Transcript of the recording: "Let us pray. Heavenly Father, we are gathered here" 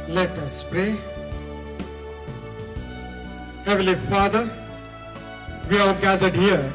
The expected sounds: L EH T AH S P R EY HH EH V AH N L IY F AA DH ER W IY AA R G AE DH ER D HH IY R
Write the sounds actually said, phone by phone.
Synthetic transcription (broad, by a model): L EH T AH S P R EY HH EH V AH L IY F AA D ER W IY AA R G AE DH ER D HH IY R